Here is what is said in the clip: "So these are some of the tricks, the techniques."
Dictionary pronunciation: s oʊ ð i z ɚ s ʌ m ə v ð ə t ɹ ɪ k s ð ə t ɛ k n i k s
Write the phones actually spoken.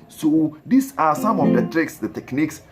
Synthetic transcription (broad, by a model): s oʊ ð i s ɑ s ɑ m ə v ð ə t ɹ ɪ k s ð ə t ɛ k n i k s